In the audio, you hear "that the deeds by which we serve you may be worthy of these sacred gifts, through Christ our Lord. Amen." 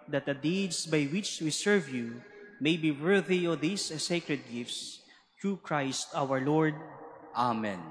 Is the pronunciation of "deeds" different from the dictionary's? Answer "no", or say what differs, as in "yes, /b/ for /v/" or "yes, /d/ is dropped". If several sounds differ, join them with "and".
yes, /s/ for /z/